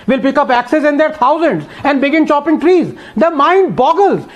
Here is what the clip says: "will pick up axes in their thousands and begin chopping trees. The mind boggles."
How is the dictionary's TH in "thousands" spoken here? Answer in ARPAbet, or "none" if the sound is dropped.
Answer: T